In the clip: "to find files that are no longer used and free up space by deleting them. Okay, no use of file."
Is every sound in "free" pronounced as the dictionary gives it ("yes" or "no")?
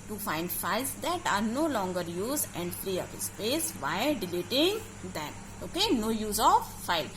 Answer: no